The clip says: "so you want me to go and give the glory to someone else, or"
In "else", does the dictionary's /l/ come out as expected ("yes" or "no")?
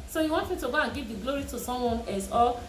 no